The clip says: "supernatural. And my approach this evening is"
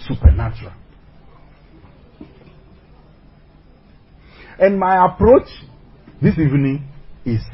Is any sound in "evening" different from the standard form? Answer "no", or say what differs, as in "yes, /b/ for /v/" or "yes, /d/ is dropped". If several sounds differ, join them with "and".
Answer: no